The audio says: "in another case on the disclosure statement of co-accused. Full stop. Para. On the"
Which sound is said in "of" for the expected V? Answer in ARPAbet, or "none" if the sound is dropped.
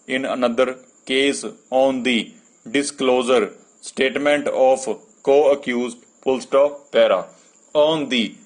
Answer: P